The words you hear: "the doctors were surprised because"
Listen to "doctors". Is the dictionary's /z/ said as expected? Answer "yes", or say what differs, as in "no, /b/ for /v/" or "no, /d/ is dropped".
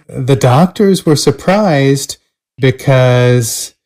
yes